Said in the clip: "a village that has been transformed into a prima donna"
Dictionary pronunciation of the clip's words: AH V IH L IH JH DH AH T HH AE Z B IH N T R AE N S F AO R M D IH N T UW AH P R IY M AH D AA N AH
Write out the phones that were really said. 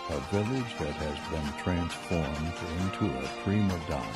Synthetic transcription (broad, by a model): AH V IH L IH JH DH AH T HH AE Z B IH N T R AE N S F AO R M D IH N T UW AH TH R IY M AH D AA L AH